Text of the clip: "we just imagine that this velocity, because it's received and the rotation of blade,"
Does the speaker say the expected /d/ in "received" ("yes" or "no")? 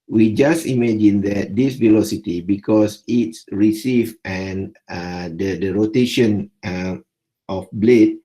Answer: no